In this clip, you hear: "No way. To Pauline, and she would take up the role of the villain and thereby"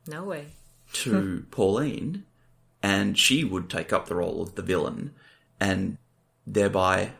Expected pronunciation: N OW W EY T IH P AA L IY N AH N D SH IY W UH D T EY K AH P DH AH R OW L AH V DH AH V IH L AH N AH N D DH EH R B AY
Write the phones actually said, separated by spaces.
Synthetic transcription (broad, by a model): N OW W EY T IH P AA L IY N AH N SH IY W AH D T EY K AH P DH AH R OW L AH V DH AH V IH L AH N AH N DH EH R B AY